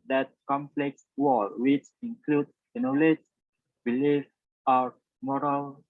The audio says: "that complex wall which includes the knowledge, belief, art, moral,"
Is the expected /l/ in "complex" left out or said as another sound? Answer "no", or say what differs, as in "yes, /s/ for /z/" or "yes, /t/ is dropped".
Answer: no